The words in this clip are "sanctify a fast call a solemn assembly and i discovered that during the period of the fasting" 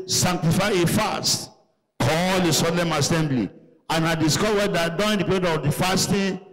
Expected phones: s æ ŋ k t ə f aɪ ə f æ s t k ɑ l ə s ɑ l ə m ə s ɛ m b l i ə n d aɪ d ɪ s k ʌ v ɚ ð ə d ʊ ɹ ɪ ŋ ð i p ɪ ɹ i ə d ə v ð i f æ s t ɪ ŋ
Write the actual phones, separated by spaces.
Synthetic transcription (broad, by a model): s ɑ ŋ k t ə f aɪ ə f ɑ s t k ɑ l ə s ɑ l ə m ə s ɛ m b l i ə n aɪ d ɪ s k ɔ w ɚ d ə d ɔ ɪ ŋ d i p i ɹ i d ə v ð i f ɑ s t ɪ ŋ